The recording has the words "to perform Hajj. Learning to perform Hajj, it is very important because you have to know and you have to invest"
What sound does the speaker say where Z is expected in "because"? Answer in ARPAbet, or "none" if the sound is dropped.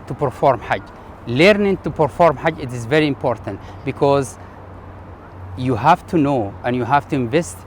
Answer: Z